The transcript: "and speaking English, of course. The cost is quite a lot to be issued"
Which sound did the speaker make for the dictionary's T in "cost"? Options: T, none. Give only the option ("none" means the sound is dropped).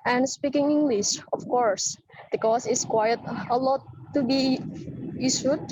none